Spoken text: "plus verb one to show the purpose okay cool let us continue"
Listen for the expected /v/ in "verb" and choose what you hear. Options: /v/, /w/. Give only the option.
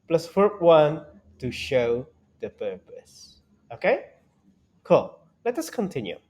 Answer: /w/